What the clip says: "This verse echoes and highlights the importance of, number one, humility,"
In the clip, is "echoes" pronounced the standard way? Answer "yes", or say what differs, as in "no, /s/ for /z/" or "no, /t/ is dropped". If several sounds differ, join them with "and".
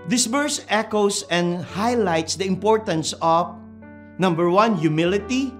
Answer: no, /s/ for /z/